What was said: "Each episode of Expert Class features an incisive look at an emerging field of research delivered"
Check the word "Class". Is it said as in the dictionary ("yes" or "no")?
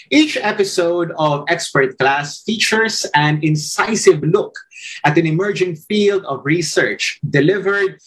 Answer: yes